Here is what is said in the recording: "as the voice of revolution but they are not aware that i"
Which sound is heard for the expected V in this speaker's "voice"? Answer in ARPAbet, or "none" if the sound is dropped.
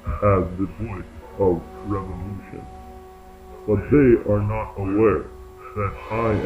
B